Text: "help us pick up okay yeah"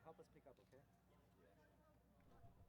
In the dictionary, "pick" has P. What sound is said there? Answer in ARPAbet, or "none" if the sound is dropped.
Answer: P